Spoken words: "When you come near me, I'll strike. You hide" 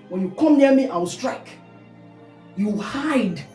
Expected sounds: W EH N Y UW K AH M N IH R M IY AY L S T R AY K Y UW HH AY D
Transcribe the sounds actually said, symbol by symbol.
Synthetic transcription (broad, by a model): W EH N Y UW K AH M N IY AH M IY AY W S T R AY K Y UW HH AY D